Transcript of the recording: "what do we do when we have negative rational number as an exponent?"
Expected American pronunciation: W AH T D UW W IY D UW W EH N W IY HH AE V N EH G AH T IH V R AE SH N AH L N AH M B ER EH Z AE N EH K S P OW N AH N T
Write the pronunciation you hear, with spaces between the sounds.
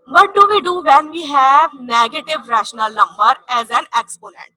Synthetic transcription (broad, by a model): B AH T D UW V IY D UW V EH N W IY HH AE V N EH G AH T IH V R AE SH N AH L N AH M B ER EH Z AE N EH K S P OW N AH N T